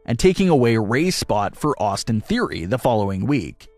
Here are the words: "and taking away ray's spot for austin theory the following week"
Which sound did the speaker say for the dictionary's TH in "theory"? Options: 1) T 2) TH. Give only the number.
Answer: 2